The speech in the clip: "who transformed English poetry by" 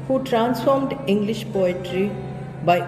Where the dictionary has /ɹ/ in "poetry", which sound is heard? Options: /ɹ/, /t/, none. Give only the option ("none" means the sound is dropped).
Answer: /ɹ/